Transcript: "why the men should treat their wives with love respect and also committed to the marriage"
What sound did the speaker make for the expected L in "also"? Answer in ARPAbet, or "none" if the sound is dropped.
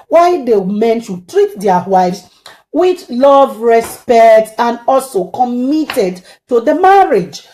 L